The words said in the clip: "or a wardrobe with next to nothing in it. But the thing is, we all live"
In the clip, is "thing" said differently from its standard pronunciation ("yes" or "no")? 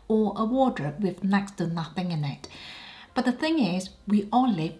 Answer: no